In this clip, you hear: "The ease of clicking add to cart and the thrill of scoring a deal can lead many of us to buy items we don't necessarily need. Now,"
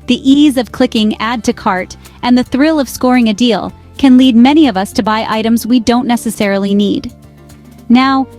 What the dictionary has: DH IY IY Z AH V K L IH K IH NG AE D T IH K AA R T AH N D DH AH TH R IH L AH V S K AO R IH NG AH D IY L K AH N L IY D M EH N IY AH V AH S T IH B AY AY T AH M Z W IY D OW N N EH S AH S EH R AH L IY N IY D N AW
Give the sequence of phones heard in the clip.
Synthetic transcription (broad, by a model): DH IY IY Z AH V K L IH K IH NG AE D T IH K AA R T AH N DH AH TH R IH L AH V S K AO R IH NG AH D IY L K AH N L IY D M EH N IY AH V AH S T IH B AY AY T AH M Z W IY D OW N N EH S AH S EH R L IY N IY D N AW